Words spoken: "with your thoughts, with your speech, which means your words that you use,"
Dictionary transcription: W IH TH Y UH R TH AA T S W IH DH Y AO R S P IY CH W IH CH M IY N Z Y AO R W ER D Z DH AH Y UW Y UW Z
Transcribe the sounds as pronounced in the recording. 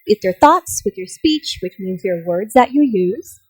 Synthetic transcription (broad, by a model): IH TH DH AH R TH AA T S W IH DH Y AO R S P IY CH W IH CH M IY N Z Y AO R W ER D Z DH AH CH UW Y UW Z